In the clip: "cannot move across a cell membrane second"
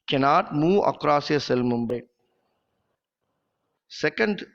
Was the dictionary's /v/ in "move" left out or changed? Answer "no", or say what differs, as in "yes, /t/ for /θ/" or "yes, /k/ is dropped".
yes, /v/ is dropped